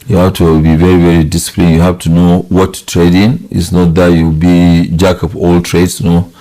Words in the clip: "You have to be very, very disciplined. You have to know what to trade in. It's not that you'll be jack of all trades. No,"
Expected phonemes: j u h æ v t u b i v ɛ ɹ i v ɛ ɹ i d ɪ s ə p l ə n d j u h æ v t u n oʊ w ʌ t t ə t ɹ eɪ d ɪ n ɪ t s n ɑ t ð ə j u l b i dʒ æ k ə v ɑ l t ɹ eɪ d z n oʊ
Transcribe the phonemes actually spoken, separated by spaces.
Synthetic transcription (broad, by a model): j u h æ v t u b i v ɛ ɹ i v ɛ ɹ i d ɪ s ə p l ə n j u h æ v t u n oʊ w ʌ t t t ɹ eɪ d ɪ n ɪ t s n ɑ t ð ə j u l b i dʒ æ k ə p ɑ l t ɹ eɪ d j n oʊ